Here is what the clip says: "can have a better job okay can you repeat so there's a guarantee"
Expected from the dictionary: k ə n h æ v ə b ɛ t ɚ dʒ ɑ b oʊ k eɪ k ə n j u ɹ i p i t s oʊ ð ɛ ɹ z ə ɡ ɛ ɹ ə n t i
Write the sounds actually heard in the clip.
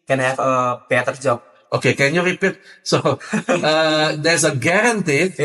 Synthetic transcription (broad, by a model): k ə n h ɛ f ə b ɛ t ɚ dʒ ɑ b oʊ k eɪ k ə n j u ɹ i p i t s oʊ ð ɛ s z ə ɡ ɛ ɹ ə n t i